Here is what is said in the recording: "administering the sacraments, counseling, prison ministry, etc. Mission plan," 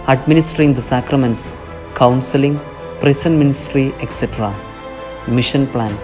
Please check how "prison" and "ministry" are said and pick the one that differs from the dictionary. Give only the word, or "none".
prison